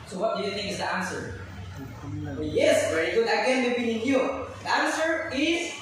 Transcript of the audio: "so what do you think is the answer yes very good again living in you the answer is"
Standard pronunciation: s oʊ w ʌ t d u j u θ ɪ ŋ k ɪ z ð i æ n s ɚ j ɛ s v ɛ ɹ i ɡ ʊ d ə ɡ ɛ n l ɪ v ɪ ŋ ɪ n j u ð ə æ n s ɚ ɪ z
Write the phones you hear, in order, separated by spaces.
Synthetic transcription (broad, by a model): s oʊ w ʌ t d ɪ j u θ ɪ ŋ k ɪ z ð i æ n s ɚ j ɛ s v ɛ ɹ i ɡ ʊ d ə ɡ ɛ n w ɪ b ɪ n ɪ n j u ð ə æ n s ɚ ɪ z